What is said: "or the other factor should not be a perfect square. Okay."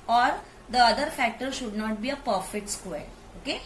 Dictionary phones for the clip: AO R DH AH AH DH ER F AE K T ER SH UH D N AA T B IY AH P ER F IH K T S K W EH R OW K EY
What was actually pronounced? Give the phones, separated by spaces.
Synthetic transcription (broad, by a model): AO R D AH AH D ER F AE K T ER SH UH D N AA T B IY AH P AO F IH T S K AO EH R OW K EY